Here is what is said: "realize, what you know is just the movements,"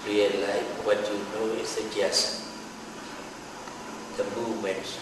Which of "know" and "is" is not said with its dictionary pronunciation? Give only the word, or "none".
is